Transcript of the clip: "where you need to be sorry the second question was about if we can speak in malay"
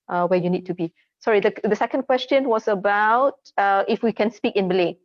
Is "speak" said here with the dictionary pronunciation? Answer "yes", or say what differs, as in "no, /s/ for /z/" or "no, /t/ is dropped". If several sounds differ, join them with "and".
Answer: yes